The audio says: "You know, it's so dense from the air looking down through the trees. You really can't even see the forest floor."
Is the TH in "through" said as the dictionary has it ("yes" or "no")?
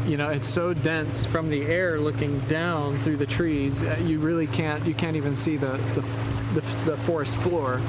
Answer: yes